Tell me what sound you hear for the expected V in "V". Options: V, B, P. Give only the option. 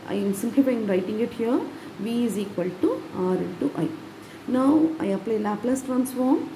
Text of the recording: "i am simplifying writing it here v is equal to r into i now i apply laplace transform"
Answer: V